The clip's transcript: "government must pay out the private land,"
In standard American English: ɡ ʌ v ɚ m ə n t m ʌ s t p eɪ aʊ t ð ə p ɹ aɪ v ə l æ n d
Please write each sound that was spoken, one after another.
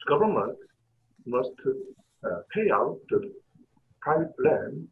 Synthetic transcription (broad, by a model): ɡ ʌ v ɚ m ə n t m ʌ s t p eɪ aʊ t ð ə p aɪ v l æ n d